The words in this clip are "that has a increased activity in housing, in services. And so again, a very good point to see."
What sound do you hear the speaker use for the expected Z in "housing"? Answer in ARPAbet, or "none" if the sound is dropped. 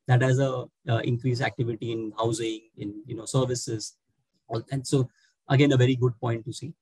Z